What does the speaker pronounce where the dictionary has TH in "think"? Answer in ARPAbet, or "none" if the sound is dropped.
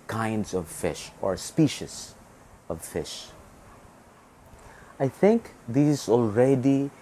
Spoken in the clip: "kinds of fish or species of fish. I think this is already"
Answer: TH